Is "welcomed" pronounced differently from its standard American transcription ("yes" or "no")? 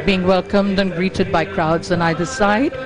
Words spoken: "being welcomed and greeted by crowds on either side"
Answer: no